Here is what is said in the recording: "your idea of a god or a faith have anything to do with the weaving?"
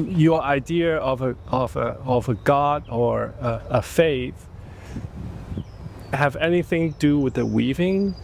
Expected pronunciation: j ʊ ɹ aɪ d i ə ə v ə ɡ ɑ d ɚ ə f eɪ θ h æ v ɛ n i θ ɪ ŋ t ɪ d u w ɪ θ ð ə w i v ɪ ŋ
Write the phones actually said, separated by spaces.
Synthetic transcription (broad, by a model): j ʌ ɹ aɪ d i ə ə v ə ɡ ɑ d ɚ ə f eɪ θ h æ v ɛ n i θ ɪ ŋ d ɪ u w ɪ ð ə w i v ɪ ŋ